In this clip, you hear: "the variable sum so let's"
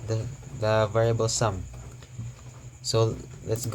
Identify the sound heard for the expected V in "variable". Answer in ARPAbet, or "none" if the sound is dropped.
V